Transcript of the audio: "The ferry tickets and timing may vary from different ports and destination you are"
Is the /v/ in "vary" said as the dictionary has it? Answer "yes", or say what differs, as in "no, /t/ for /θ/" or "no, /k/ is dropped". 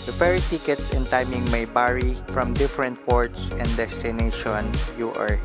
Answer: no, /b/ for /v/